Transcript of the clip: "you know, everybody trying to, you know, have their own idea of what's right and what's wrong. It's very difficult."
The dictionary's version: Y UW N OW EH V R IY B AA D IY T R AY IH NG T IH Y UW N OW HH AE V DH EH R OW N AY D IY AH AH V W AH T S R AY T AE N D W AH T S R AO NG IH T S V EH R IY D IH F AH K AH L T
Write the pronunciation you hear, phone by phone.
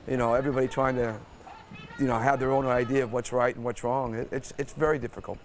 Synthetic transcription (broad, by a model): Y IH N OW EH V R IY B AA D IY T R AY IH NG T IH Y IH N OW HH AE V DH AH R OW N AY D IY AH AH V W AH T S R AY T N W AH T S R AO NG IH T S V EH R IY D IH F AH K L T